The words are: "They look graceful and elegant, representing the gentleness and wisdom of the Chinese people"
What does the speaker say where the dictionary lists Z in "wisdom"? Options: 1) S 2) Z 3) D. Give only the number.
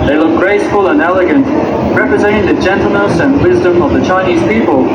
2